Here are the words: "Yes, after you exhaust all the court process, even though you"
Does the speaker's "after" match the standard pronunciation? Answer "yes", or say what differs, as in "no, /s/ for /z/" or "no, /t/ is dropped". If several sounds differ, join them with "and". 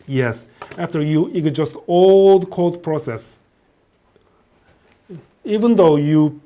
yes